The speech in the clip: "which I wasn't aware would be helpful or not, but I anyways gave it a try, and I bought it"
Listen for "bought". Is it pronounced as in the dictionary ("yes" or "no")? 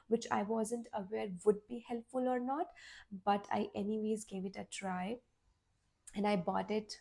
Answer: yes